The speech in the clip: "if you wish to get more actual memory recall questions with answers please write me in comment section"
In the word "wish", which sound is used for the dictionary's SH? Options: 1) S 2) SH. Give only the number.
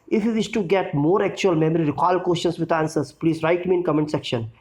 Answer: 1